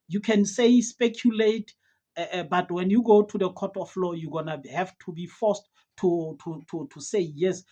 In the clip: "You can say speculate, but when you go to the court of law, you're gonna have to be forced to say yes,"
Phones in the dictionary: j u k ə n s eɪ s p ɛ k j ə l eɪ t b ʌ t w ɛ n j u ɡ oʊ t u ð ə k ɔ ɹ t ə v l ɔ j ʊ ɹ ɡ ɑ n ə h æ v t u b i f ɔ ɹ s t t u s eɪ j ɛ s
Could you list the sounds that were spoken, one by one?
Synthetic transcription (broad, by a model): j u k ə n s eɪ s p ɛ k j ə l eɪ t b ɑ t w ɛ n j u ɡ oʊ t u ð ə k ɔ t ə f l ɔ j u ɡ ɑ n ə h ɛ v t u b i f ɔ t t t t u s eɪ j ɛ s